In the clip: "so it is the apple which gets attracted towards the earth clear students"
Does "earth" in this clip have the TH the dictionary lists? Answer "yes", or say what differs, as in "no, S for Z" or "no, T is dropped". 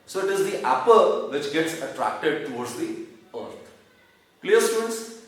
no, T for TH